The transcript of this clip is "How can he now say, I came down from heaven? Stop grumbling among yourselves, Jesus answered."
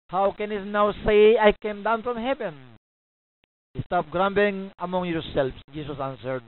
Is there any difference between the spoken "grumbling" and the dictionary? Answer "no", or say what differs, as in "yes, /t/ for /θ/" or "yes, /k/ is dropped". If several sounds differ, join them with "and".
yes, /l/ is dropped